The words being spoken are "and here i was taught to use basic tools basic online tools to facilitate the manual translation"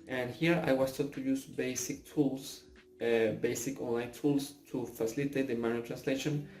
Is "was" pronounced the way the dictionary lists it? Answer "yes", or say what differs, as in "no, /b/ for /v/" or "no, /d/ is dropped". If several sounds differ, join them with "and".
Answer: no, /s/ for /z/